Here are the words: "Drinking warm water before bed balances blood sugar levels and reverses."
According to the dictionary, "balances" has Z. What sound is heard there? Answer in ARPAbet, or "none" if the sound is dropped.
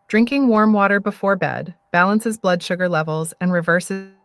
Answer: Z